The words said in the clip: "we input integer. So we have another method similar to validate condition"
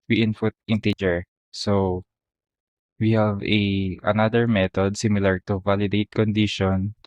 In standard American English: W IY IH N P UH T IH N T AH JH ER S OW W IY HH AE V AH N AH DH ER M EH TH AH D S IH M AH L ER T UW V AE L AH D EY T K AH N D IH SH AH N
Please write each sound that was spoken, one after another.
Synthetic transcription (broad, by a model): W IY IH N F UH T IH N T AH JH ER S OW W IY HH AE V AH N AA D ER M EH T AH D S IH M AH L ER T UW V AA L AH D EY T K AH N D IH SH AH N